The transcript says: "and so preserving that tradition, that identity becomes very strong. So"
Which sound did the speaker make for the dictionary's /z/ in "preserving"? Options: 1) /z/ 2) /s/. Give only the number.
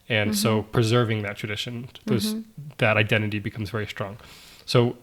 1